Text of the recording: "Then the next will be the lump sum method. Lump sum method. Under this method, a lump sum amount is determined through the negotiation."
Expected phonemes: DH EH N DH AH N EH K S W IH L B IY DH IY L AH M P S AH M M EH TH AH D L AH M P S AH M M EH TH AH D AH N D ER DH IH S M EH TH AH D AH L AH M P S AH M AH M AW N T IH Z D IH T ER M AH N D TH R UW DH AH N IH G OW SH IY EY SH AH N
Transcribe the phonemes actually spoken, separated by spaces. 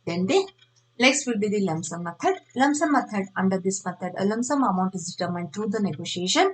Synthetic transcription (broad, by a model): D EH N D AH L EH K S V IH L B IY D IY L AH M S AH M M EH T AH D L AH M S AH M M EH T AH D AH N D ER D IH S M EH T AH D AH L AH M S AH M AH M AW N T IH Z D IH T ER M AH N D T R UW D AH N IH G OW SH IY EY SH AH N